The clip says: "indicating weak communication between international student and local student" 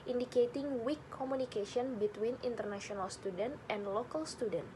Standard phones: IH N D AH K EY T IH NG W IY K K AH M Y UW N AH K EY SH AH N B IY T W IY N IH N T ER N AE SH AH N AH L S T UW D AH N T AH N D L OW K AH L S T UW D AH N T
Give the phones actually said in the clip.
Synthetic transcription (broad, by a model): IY N D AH K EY T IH NG W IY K K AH M UW N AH K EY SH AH N B IY T W IY N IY N T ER N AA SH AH N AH L S T UW D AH N T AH N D L OW K AH L S T UW D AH N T